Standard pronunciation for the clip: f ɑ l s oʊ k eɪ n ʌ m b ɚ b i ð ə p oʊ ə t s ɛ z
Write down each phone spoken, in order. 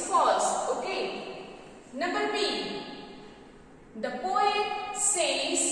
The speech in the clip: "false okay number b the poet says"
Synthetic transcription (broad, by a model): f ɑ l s oʊ k eɪ n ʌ b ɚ b i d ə p oʊ ə t s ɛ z